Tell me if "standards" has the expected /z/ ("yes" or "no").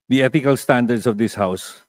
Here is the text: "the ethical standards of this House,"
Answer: no